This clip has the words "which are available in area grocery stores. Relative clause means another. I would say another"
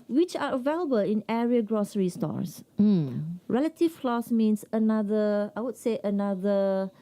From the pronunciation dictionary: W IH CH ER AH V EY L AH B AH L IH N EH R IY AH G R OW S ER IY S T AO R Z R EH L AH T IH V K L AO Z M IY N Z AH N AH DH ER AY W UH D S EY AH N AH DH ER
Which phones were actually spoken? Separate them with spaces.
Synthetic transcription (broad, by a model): W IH CH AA AH V EY L AH B AH L IH N EH R IY AH G R OW S ER IY S T AO R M R EH L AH T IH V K L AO S M IY N S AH N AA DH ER AY W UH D S EY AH N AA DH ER